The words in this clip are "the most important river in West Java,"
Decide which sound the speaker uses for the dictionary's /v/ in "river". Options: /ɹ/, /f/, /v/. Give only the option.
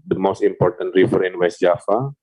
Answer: /f/